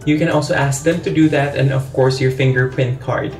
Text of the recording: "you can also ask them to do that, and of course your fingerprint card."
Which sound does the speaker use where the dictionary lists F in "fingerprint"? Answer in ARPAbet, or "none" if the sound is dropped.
F